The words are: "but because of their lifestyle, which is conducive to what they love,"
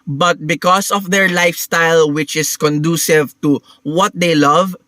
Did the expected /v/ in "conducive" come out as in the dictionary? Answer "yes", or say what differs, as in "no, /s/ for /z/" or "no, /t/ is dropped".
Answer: yes